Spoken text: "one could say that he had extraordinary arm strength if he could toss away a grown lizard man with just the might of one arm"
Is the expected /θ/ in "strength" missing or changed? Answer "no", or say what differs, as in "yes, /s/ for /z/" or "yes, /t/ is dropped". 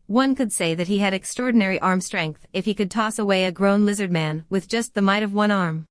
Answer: no